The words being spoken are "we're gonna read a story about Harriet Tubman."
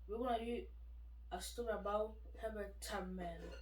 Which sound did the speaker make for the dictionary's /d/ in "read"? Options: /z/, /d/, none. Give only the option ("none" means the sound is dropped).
none